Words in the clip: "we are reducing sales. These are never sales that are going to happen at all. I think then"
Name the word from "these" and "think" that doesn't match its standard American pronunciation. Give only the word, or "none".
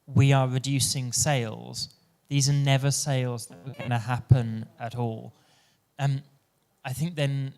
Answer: none